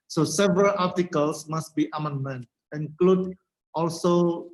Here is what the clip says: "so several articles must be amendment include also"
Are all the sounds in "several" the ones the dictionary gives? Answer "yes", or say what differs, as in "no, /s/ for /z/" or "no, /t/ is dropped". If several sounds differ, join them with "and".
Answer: yes